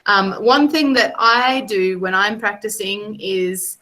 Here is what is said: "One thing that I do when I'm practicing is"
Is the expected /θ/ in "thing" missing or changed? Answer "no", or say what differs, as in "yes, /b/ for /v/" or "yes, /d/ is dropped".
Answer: no